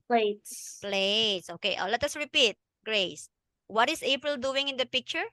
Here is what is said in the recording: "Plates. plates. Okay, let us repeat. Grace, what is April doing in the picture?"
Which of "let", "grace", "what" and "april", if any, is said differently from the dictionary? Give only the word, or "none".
none